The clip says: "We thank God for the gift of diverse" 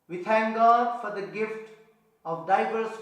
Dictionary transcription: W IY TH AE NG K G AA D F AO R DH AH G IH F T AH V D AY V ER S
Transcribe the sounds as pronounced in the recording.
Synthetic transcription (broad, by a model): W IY T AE NG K G AA D F AO R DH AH G IH F T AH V D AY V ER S